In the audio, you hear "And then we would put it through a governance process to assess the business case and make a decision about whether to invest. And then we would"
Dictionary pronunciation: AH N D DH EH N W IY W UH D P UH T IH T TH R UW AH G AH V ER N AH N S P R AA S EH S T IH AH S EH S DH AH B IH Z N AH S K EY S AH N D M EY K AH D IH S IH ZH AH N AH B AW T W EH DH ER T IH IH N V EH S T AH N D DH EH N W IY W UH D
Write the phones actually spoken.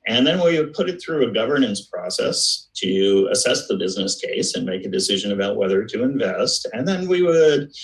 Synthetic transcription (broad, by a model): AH N DH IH N W IY W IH D P UH T IH T TH R UW AH G AH V ER N AH N S P R AA S EH S T IH AH S EH S DH AH B IH Z N AH S K EY S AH N M EY K AH D IH S IH ZH AH N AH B AW T W EH DH ER T IH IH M V EH S T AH N DH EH N W IY W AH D